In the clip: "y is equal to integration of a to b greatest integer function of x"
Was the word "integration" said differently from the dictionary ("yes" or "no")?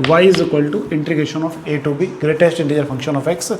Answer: yes